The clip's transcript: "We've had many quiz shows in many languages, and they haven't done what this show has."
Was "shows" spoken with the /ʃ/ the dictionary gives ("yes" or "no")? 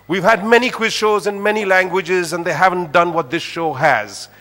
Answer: yes